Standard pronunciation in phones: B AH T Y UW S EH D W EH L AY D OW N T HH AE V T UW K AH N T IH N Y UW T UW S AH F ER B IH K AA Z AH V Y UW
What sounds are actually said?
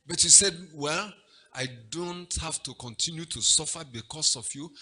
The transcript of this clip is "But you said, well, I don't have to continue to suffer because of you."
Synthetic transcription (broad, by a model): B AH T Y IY S EH D W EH L AY D OW N T HH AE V T UW K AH N T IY N Y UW T UW S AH F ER B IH K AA S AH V Y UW